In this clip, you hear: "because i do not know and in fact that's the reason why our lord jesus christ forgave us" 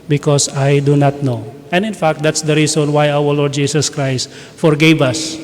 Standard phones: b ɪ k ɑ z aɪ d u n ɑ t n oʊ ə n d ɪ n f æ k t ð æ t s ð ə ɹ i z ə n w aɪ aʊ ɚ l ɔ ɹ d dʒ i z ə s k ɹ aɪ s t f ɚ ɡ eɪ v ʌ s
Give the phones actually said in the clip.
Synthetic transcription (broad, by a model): b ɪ k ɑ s aɪ d u n ɑ t n oʊ ə n d ɪ n f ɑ k t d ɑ t s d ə ɹ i s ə n w aɪ aʊ ɚ l ɔ ɹ d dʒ i s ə s k ɹ aɪ s t f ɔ ɡ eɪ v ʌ s